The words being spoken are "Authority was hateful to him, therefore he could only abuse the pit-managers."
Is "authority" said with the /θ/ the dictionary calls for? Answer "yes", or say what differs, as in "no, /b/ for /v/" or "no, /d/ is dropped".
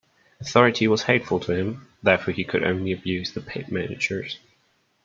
yes